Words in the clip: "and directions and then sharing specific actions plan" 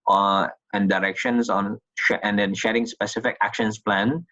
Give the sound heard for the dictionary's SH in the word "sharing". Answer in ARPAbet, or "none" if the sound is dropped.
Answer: SH